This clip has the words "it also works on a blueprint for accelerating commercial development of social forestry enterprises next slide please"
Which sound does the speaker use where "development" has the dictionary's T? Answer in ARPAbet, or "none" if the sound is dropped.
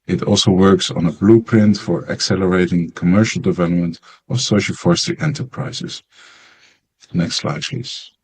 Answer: T